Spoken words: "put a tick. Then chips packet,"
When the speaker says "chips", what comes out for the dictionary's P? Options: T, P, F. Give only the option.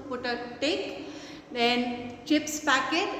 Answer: P